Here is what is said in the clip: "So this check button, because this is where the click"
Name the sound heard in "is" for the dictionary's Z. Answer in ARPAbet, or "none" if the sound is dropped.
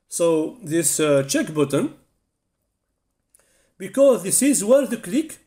Z